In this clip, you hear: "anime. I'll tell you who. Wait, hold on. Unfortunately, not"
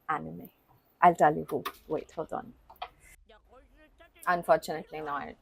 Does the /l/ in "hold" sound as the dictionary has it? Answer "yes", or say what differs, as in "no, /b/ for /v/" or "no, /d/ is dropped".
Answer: no, /l/ is dropped